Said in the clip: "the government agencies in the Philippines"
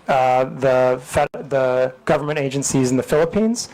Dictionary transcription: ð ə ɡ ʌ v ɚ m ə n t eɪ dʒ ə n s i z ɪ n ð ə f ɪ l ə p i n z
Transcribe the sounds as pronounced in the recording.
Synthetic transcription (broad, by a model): ð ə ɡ ʌ v ɚ m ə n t eɪ dʒ ə n s i z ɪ n ð ə f ɪ l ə p i n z